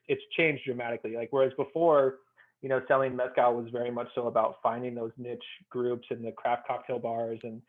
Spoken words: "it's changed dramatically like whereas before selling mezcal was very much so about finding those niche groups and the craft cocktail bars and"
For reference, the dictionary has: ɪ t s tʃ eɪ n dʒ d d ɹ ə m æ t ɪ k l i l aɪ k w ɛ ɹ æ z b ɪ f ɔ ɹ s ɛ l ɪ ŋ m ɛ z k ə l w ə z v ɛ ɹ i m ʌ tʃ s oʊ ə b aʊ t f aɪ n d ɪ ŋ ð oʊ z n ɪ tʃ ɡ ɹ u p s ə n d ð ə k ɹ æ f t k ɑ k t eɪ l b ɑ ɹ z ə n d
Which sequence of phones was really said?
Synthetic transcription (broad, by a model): ɪ t s tʃ eɪ n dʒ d d ɹ ə m æ t ɪ k l i l aɪ k w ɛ ɹ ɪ z b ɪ f ɔ ɹ s ɛ l ɪ ŋ m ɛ s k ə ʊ w ə z v ɛ ɹ i m ʌ tʃ s oʊ ə b aʊ t f aɪ n d ɪ ŋ ð oʊ z n ɪ tʃ ɡ ɹ u p s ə n ð ə k ɹ æ f t k ɑ k t eɪ l b ɑ ɹ z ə n